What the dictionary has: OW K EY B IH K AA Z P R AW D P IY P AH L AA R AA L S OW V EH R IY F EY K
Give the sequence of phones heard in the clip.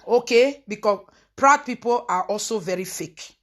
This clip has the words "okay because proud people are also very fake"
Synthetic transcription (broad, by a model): OW K EY B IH K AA P R AW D P IY P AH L AA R AA L S OW V EH R IY F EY K